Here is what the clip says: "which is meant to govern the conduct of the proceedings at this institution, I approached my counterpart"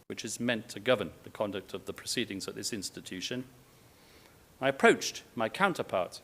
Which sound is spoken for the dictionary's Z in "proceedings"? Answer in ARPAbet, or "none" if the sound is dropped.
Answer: Z